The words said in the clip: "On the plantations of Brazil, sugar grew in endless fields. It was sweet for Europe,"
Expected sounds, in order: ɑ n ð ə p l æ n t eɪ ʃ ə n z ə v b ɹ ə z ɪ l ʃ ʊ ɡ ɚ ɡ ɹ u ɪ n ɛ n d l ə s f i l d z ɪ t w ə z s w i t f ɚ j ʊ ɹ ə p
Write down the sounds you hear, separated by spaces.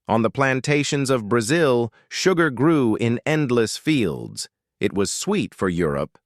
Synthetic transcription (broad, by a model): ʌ n ð ə p l æ n t eɪ ʃ ə n z ə v b ɹ ə z ɪ l ʃ ʊ ɡ ɚ ɡ ɹ u ɪ n ɛ n d l ə s f i l d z ɪ t w ə z s w i t f ɚ j ʊ ɹ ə p